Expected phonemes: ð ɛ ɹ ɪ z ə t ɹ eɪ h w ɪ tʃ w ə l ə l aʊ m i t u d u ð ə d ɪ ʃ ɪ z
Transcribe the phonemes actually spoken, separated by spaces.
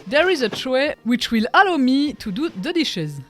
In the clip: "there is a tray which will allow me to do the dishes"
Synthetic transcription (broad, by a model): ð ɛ ɹ ɪ z ə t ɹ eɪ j w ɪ tʃ w ə l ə l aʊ m i t u d u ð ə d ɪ ʃ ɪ z